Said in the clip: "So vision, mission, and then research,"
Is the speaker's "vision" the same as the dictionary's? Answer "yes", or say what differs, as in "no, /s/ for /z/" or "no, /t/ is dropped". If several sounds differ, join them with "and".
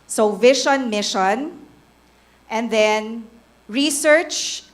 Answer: no, /ʃ/ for /ʒ/